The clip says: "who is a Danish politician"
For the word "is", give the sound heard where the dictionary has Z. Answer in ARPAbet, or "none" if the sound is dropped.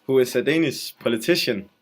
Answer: S